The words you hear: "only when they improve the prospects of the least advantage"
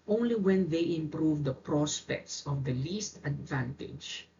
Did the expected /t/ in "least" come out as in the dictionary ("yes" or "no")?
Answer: yes